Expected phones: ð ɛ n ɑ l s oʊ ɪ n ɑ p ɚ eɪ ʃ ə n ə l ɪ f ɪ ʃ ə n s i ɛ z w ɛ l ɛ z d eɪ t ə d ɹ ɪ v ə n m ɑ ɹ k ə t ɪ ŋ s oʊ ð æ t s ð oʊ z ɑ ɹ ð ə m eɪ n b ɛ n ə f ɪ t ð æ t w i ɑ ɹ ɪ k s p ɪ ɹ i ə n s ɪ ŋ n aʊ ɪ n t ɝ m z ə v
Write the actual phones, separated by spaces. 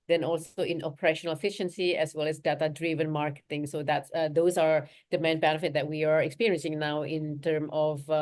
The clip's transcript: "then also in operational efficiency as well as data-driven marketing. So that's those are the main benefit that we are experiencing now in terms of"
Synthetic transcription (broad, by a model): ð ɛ n ɑ l s oʊ ɪ n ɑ p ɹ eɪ ʃ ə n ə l ɪ f ɪ ʃ ə n s i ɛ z w ɛ l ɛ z d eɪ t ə d ɹ ɪ v ə n m ɑ ɹ k ə t ɪ ŋ s oʊ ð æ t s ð oʊ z ɑ ɹ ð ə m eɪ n b ɛ n ə f ɪ t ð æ t w i ɑ ɹ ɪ k s p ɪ ɹ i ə n s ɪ ŋ n aʊ ɪ n t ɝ m ə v